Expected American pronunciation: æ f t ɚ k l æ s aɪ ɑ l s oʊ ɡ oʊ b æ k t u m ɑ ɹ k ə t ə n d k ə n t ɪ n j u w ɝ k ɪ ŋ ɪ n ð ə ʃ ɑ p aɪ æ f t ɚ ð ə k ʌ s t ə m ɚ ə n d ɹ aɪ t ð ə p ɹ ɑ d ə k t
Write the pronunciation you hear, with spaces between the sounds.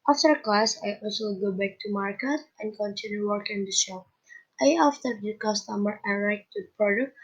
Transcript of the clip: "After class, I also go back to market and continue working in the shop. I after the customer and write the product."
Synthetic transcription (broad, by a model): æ f t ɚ k l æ s aɪ ɑ l s oʊ ɡ oʊ b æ k t u m ɑ ɹ k ə t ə n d k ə n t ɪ n j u w ɝ k ɪ ŋ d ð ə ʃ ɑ aɪ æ f t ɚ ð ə k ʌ s t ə m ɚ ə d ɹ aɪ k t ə p ɹ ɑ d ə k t